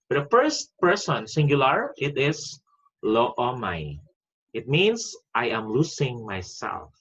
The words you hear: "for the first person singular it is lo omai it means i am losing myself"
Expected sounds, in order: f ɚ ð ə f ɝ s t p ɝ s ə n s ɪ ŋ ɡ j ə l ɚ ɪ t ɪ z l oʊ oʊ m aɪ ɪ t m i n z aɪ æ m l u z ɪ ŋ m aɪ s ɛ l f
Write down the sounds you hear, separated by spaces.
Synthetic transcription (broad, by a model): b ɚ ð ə f ɝ s t p ɝ s ə n s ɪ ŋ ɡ j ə l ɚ ɪ t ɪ s l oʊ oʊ m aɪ ɪ t m i n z aɪ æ m l u s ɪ ŋ m aɪ s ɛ l f